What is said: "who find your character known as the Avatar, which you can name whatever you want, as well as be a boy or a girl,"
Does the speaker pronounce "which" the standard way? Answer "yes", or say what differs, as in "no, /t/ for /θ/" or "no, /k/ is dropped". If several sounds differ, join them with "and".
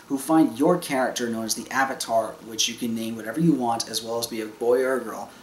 yes